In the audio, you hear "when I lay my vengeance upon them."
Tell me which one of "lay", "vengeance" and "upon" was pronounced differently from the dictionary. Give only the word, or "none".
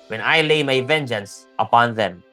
none